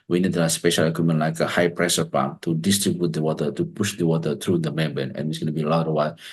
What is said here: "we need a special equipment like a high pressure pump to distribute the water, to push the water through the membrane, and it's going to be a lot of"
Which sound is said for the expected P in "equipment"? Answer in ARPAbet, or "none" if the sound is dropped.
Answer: none